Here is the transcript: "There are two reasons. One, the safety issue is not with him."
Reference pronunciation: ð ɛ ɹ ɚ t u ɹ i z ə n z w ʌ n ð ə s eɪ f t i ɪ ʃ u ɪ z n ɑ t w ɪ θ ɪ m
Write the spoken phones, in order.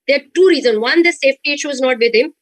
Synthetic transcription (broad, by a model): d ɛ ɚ t u ɹ i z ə n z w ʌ n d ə s eɪ f t i ɪ ʃ u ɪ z n ɑ t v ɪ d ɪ m